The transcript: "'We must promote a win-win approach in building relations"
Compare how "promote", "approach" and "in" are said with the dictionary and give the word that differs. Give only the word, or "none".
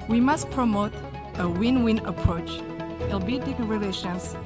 in